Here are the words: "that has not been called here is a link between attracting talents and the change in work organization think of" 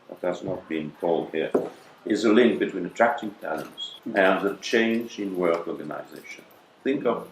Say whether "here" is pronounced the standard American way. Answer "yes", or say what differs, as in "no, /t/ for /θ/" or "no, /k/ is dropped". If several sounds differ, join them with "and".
yes